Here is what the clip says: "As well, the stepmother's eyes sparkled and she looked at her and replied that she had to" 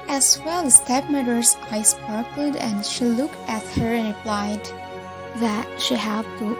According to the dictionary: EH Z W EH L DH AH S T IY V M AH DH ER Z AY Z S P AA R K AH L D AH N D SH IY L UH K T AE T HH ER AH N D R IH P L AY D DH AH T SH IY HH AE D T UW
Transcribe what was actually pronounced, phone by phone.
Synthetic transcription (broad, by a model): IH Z W EH L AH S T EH P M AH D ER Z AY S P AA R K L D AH N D SH IY L UH K T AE T HH ER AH N R IH P L AY D DH AH T SH IY HH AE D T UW